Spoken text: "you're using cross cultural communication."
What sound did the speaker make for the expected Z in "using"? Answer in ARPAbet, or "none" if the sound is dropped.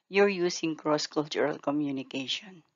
S